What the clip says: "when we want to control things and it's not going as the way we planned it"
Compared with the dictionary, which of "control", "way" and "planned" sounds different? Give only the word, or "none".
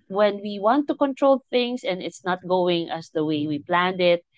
none